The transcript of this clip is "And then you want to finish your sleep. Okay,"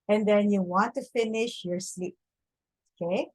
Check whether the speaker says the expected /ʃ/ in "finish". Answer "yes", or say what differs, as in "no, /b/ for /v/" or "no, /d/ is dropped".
yes